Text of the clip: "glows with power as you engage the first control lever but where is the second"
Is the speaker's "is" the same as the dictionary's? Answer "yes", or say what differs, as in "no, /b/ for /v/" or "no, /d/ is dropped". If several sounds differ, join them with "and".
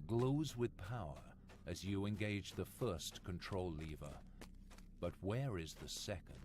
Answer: yes